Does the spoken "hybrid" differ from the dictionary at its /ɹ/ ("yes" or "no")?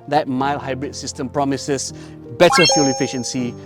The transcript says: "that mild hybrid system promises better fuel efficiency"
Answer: no